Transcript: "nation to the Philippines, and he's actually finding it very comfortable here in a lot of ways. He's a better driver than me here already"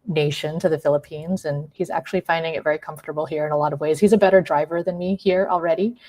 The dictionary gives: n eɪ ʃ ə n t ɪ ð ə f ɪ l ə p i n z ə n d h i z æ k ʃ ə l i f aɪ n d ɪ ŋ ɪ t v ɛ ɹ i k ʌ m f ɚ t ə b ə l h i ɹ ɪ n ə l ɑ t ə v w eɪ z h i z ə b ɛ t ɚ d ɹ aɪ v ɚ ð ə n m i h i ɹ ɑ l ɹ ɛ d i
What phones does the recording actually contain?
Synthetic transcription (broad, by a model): n eɪ ʃ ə n t ɪ ð ə f ɪ l ə p i n z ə n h i z æ k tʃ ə l i f aɪ n d ɪ ŋ ɪ t v ɛ ɹ i k ʌ m f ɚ t ə b l h i ɹ ɪ n ə l ɑ t ə v w eɪ z h i z ə b ɛ t ɚ d ɹ aɪ v ɚ ð ə n m i h i ɹ l ɹ ɛ d i